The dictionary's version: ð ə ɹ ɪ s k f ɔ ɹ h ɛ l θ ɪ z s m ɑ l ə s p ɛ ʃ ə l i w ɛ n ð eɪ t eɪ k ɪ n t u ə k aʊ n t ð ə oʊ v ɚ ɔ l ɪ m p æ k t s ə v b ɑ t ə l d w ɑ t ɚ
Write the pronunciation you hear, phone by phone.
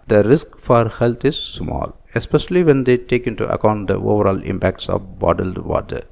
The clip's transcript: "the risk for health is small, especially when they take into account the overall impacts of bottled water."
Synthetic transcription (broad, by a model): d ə ɹ ɪ s k f ɔ ɹ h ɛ l t ɪ z s m ɑ l ə s p ɛ ʃ ə l i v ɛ n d eɪ t eɪ k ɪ n t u ə k aʊ n t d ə oʊ v ɚ ɔ l ɪ m p æ k t s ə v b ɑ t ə l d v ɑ t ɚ